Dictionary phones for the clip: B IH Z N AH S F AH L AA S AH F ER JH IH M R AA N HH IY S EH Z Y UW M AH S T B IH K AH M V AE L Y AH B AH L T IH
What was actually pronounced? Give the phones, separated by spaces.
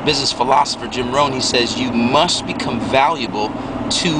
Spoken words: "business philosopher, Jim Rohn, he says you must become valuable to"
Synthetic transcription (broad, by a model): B IH Z N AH S F AH L AA S AH F ER JH IH M R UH N HH IY S EH Z Y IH M AH S T B IH K AH M V AE L Y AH B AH L T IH